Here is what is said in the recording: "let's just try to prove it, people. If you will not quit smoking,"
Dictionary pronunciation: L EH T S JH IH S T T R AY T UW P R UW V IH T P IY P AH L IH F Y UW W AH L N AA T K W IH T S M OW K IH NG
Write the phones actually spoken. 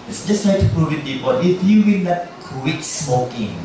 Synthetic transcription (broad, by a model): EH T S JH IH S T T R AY T UW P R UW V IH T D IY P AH N IH F Y UW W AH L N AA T K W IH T S M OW K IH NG